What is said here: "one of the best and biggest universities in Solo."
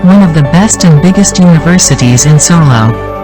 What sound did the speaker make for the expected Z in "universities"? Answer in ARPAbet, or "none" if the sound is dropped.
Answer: Z